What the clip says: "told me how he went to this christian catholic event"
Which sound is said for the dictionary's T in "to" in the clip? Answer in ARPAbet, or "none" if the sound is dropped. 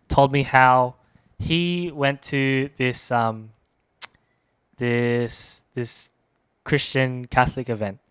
S